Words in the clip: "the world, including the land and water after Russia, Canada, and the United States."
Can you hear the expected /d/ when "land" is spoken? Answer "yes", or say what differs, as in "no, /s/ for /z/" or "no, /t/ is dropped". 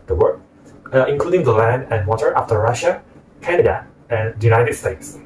yes